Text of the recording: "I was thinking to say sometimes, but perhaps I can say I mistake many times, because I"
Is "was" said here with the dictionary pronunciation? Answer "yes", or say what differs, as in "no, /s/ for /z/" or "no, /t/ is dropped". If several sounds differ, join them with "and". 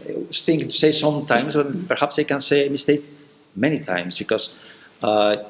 no, /s/ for /z/